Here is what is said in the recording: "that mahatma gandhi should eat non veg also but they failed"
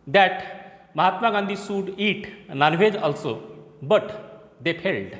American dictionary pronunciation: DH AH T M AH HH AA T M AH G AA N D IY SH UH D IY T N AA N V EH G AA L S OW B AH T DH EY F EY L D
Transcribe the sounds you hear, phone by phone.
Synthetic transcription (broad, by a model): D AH T M AH HH AA T M AH G AA N D IY S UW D IY T N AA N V EH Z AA L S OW B AH T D EY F EY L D